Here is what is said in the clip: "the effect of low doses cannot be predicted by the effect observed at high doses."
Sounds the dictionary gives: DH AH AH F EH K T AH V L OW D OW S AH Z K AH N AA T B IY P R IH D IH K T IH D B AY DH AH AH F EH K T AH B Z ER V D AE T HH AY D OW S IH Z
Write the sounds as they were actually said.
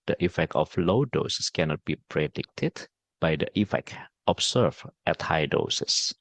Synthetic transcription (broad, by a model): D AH AH F EH K T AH F L OW D OW S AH S K AH N AA T B IY P R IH D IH K T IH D B AY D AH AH F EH K T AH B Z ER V EH T HH AY D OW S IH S